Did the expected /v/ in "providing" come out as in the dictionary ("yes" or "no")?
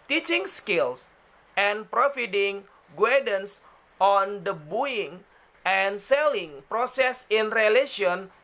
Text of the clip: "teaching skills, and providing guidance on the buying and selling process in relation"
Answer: no